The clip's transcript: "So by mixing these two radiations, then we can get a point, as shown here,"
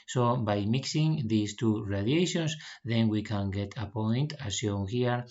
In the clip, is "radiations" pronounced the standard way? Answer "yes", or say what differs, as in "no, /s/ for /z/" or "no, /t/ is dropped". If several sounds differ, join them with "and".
no, /s/ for /z/